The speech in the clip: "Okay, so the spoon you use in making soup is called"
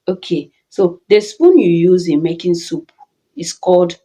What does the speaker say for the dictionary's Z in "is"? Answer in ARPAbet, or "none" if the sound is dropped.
S